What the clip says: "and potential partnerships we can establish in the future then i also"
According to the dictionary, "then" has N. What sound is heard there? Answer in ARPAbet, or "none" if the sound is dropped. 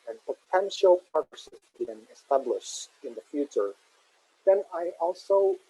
N